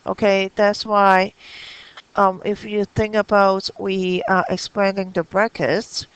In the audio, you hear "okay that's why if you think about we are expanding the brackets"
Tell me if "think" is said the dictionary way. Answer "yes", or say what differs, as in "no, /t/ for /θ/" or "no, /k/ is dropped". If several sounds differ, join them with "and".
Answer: yes